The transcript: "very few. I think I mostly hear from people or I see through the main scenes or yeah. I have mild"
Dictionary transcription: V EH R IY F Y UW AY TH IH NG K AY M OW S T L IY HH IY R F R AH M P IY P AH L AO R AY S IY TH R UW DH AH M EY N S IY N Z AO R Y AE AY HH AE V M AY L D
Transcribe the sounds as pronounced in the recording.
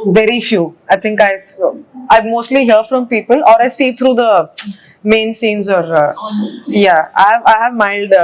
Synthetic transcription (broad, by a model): V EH R IY F Y UW AY T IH NG K AY M OW S T L IY HH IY R F R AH M P IY P AH L AO R AY S IY T R UW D AH M EY N S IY N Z AO R Y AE AY HH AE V M AY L D